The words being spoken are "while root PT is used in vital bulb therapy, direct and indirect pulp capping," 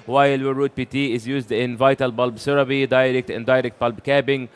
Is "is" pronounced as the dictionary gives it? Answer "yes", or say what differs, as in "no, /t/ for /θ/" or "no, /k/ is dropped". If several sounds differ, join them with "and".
yes